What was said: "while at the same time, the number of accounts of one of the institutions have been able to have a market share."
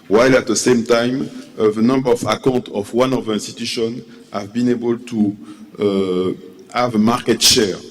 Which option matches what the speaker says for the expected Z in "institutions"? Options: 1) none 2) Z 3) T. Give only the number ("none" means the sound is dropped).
1